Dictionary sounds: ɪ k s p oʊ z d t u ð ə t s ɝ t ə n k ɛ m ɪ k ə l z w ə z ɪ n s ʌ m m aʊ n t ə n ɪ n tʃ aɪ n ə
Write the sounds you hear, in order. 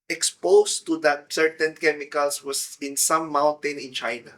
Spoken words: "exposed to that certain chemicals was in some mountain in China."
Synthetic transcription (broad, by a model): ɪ k s p oʊ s t u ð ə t s ɝ t ə n k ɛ m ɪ k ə l s w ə s ɪ n s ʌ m m aʊ n t ə n ɪ n tʃ aɪ n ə